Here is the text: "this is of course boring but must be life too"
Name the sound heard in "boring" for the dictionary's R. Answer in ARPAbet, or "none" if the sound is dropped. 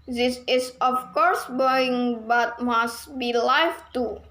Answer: none